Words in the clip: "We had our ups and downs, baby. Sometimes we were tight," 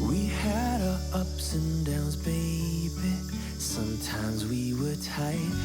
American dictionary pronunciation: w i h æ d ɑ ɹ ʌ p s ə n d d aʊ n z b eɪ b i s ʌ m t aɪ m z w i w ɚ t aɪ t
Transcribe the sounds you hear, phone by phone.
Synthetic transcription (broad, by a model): w i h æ d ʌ ʌ p s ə n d d aʊ n z b eɪ b i s ʌ m t aɪ m z w i w ɚ t aɪ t